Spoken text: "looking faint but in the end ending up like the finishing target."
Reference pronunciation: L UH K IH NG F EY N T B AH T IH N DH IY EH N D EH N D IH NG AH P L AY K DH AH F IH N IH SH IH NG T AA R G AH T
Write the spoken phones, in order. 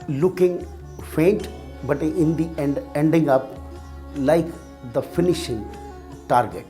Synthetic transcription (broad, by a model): L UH K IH NG F EY N T B AH T IH N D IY EH N D EH N D IH NG AH P L AY K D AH F IH N IH SH IH NG T AA R G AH T